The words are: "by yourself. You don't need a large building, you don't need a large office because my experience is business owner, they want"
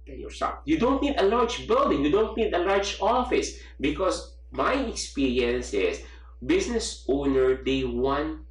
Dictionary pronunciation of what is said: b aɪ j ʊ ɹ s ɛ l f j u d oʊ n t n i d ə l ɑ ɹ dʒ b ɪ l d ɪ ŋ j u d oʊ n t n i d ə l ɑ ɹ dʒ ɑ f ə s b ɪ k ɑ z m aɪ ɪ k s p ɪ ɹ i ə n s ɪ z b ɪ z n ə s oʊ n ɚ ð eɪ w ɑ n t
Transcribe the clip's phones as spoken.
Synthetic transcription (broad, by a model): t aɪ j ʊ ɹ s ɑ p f j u d oʊ n t n i d ə l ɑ ɹ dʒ b ɪ l d ɪ ŋ j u d oʊ n t n i d ə l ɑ ɹ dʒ ɑ f ə s b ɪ k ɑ s m aɪ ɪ k s p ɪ ɹ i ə n s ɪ s b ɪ s n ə s oʊ n ɚ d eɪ w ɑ n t